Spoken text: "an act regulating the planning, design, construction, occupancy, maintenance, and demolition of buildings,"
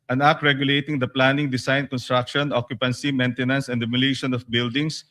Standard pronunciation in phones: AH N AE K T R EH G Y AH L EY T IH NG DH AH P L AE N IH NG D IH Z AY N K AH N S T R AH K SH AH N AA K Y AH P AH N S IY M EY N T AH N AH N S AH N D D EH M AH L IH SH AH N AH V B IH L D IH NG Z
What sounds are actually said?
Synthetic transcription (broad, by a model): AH N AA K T R EH G Y AH L EY T IH NG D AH P L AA N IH NG D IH S AY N K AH N S T R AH K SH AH N AA K Y AH P AH N S IY M EY N T AH N AH N S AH N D D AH M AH L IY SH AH N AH F B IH L D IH NG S